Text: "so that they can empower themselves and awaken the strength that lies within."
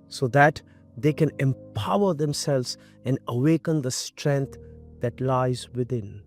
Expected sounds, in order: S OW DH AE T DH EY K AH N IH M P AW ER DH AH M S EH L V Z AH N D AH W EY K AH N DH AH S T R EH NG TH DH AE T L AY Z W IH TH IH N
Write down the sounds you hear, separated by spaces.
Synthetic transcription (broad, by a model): S OW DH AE T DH EY K AH N IH M P AW ER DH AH M S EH L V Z AH N D AH W EY K AH N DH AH S T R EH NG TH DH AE T L AY Z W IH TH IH N